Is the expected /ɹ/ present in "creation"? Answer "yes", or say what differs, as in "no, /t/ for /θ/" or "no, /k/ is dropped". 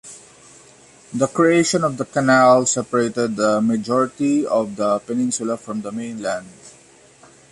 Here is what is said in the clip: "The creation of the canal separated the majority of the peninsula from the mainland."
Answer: yes